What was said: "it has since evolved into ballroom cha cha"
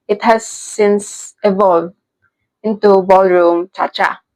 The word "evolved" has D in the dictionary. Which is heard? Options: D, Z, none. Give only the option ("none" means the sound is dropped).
none